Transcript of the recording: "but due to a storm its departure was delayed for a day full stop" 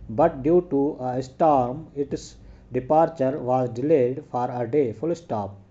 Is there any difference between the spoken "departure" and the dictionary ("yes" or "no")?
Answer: no